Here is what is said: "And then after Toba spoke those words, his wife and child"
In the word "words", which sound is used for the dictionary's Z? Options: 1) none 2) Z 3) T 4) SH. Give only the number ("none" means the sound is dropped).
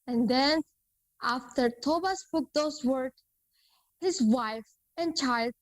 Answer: 1